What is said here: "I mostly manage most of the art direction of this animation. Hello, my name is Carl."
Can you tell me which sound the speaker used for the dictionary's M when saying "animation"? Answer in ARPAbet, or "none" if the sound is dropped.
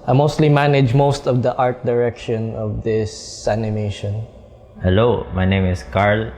M